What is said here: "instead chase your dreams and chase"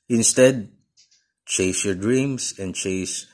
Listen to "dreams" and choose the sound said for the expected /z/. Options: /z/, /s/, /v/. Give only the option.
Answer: /s/